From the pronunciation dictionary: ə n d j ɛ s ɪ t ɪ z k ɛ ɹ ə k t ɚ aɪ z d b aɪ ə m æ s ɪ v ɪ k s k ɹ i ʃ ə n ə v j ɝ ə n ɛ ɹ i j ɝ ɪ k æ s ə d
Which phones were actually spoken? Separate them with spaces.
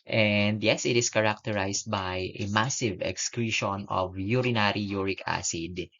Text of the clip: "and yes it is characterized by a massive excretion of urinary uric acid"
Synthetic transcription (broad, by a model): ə n d j ɛ s ɪ t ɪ s k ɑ ɹ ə k t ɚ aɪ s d b aɪ ə m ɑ s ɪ v ɪ k s k ɹ i ʃ ə n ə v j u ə n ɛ ɹ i j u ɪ k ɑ s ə d